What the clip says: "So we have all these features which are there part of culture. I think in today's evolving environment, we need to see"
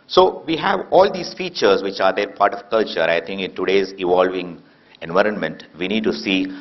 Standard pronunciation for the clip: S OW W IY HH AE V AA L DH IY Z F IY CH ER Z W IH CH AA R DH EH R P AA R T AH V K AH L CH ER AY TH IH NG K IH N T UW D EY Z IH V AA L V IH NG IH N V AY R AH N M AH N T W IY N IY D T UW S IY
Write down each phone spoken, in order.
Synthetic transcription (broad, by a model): S OW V IY HH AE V AA L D IY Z F IY CH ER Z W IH CH AA R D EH R P AA R T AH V K AH L CH ER AY T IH NG K IH N T UW D EY Z IH V AA L V IH NG IH N V AY R AH N M AH N T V IY N IY D T UW S IY